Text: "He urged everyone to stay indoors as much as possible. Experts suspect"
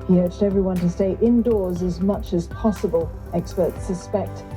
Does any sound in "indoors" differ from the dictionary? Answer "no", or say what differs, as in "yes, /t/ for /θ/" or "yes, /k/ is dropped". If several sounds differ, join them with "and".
no